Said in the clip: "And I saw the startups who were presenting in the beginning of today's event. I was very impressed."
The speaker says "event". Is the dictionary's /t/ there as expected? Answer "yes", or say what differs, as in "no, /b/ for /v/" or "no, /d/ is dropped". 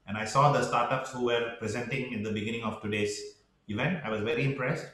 yes